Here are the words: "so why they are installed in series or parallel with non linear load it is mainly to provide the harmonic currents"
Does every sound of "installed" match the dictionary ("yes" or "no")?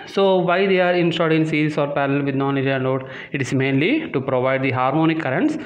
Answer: no